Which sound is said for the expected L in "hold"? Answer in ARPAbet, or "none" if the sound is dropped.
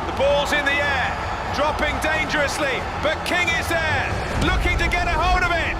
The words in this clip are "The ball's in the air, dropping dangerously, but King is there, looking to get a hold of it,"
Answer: none